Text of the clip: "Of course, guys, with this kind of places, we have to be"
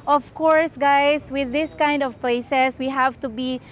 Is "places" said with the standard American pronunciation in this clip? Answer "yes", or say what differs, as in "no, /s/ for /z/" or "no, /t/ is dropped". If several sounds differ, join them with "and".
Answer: no, /s/ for /z/